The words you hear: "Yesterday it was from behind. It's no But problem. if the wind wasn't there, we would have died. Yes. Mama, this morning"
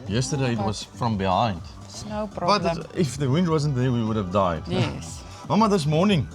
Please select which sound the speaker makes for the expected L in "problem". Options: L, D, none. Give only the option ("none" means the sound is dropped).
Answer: none